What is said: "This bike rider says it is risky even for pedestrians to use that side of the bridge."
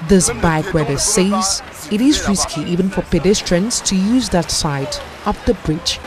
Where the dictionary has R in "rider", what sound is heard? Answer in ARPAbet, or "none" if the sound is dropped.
W